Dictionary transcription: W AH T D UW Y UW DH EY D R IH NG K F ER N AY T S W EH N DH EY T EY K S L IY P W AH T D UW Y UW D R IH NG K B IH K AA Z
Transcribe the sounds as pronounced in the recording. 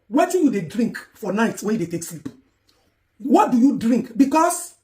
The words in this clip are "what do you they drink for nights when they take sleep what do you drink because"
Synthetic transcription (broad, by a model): W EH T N Y UW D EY D R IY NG K F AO N AY T W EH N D EY T EY K S L IY P W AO T D UW Y UW D R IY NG K B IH K AA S